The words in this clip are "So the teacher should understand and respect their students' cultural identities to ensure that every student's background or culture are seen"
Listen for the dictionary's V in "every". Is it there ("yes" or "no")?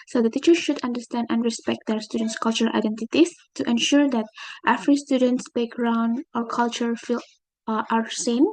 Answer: no